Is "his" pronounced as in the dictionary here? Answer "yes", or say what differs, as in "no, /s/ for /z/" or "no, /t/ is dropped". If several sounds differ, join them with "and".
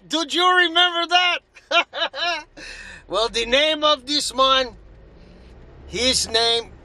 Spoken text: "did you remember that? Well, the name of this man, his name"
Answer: yes